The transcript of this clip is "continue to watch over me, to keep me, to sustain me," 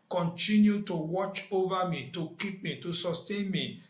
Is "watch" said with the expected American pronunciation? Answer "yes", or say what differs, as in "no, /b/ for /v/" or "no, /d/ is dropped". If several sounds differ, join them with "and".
yes